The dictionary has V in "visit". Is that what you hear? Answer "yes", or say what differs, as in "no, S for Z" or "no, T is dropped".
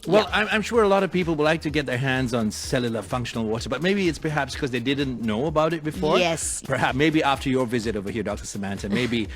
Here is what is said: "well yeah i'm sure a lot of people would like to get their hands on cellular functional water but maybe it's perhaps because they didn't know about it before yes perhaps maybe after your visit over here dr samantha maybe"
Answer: yes